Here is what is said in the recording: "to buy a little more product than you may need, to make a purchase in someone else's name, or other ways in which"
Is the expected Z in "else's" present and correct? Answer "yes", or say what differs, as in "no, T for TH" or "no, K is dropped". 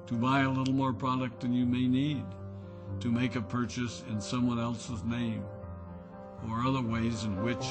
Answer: yes